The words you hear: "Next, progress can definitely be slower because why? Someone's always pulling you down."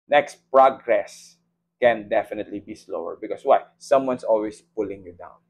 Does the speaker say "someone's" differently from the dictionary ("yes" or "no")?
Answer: yes